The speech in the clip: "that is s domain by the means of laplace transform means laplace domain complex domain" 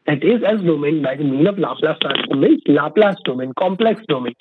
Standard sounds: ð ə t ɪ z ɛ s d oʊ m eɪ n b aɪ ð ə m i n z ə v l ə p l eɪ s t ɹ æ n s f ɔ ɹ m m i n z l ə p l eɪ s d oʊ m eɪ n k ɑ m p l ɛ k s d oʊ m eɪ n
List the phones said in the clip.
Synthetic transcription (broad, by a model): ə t ɪ z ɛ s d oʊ m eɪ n b aɪ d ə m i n ə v l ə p l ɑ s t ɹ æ s ɔ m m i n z l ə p l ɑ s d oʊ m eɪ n k ɑ m p l ɛ k s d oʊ m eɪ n